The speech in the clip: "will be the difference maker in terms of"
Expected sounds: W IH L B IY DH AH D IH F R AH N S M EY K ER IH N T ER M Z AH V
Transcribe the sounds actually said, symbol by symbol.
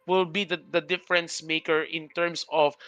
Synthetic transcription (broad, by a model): W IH L B IY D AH D IH F R AH N S M EY K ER IH N T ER M S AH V